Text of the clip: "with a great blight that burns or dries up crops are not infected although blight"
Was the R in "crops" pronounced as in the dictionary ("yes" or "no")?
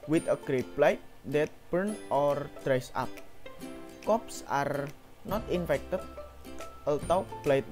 no